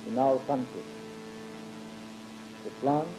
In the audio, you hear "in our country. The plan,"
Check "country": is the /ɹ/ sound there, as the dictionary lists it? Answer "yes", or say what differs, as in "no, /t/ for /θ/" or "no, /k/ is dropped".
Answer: no, /ɹ/ is dropped